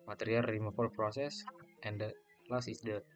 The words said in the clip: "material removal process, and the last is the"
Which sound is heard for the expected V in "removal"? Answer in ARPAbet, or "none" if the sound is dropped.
F